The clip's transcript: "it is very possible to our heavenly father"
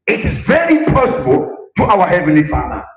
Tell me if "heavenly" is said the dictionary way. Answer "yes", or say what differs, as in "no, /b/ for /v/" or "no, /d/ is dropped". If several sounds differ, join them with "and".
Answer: yes